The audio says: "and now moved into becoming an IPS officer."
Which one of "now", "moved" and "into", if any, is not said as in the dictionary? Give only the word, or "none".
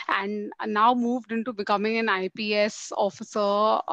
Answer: none